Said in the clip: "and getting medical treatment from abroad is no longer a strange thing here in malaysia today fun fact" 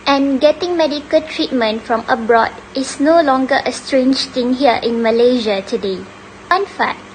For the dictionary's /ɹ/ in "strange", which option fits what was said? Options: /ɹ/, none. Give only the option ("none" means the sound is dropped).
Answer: /ɹ/